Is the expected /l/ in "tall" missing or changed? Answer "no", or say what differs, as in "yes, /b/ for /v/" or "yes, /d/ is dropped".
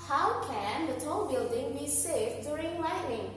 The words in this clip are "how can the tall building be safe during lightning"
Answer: yes, /n/ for /l/